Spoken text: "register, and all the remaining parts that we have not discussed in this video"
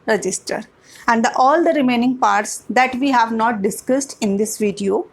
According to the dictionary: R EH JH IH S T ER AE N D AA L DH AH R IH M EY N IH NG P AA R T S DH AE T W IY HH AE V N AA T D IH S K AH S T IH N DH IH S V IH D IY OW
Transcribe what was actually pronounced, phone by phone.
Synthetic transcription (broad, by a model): R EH JH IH S T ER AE N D AA L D AH R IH M EY N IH NG P AA R T S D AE T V IY HH AE V N AA T D IH S K AH S T IH N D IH S V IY D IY OW